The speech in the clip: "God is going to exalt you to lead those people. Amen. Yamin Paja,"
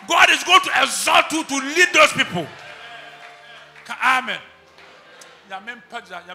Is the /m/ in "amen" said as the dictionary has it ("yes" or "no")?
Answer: yes